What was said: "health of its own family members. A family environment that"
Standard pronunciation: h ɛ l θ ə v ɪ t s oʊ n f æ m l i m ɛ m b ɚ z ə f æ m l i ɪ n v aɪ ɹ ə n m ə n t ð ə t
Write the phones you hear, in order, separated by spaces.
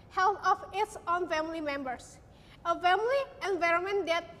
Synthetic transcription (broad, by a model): h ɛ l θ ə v ɪ t s oʊ n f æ m l i m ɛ m b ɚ s ə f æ m l i ɪ n v aɪ ɹ ə n m ə n t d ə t